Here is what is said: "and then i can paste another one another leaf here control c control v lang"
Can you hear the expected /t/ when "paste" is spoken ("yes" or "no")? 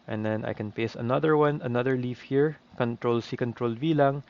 no